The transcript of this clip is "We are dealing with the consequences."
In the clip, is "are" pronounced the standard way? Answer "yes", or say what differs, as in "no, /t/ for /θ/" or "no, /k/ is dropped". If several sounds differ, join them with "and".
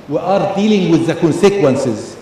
yes